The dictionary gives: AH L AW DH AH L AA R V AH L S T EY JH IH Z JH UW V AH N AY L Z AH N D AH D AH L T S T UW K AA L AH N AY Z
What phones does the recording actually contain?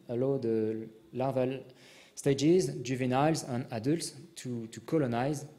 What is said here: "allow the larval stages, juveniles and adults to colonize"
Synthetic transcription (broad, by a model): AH L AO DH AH L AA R V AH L S T EY JH IH Z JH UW V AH N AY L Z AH N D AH D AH L T S T UW K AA L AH N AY Z